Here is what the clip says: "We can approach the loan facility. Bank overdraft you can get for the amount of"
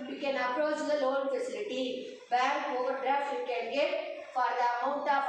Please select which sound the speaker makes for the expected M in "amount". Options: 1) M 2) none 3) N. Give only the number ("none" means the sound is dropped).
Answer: 2